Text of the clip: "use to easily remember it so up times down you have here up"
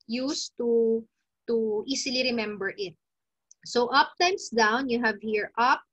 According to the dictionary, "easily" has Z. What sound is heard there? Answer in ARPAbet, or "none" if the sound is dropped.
S